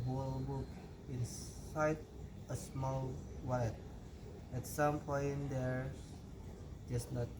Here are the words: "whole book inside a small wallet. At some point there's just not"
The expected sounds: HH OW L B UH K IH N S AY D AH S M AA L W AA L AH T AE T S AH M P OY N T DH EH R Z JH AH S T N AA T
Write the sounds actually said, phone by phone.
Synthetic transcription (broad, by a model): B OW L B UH K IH N S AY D AH S M AA L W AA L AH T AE T S AH M P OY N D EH R JH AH S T N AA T